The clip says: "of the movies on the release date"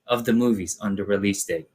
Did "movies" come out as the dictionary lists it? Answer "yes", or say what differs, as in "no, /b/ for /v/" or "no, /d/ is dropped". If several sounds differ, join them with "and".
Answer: yes